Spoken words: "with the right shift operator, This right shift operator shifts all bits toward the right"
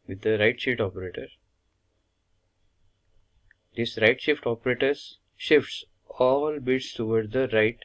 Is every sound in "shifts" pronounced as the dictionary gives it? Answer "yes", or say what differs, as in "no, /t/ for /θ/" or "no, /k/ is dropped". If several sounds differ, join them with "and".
yes